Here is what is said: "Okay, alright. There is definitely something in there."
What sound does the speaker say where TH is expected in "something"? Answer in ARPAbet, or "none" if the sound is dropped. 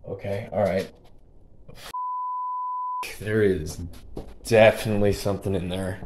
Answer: TH